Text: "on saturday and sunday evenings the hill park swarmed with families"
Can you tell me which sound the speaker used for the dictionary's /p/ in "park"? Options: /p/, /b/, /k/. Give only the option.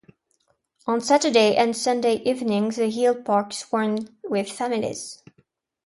/p/